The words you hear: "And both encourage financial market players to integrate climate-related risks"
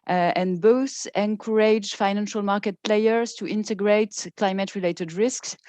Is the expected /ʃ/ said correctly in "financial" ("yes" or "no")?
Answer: yes